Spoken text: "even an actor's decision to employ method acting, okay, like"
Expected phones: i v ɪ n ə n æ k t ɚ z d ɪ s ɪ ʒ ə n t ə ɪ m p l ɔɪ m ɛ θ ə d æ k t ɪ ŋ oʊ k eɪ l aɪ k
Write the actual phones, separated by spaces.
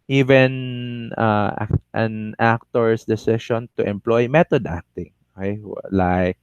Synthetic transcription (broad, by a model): i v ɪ n ə n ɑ k t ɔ s d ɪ s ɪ ʃ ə n t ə ɪ m p l ɔɪ m ɛ t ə d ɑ k t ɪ ŋ oʊ k eɪ l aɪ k